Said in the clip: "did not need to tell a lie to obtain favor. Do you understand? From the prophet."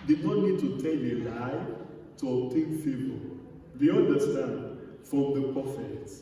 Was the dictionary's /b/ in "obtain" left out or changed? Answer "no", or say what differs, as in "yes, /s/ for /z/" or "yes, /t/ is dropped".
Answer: yes, /b/ is dropped